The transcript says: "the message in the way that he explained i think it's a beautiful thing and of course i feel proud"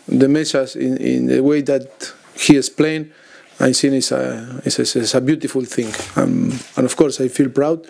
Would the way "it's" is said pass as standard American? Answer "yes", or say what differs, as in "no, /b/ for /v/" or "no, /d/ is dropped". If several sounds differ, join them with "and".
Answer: no, /s/ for /t/